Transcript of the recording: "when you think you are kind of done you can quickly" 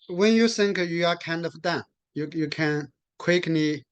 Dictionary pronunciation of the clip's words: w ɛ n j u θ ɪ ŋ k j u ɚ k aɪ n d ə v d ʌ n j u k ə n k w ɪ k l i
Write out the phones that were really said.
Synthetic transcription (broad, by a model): w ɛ n j u s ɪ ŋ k j u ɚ k aɪ n d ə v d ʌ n j u k ə n k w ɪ k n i